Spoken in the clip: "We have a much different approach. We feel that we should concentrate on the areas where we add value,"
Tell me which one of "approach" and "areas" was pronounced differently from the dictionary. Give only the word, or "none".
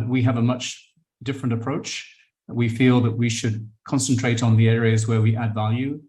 none